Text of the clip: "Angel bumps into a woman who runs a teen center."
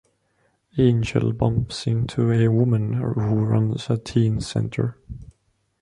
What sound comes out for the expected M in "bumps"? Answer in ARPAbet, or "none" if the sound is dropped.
M